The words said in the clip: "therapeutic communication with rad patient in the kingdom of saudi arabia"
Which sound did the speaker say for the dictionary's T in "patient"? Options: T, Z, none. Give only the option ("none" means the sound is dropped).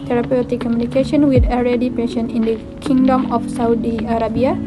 none